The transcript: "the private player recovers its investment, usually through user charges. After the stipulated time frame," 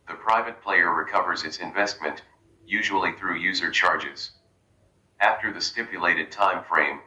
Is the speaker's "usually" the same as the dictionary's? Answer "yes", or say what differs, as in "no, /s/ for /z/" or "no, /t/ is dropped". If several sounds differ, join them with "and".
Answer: yes